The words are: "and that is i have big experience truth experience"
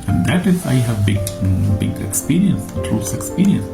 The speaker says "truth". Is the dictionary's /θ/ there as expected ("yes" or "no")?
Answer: no